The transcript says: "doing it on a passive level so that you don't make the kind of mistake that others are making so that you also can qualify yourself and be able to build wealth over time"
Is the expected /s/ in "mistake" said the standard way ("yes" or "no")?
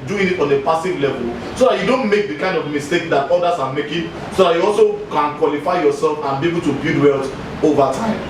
yes